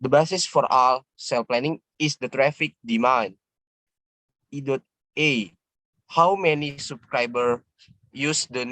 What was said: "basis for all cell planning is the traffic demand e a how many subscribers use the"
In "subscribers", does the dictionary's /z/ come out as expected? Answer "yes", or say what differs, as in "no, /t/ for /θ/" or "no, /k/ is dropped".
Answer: no, /z/ is dropped